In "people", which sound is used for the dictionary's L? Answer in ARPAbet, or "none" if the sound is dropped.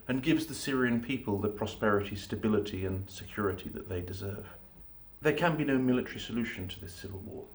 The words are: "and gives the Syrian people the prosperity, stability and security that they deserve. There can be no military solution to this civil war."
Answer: L